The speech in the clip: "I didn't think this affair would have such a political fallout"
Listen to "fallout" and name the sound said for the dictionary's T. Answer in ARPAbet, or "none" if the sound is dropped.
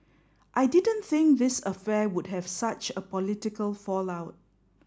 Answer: T